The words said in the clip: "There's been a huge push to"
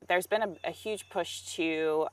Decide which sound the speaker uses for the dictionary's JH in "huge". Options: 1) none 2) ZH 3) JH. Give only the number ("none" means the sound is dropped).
2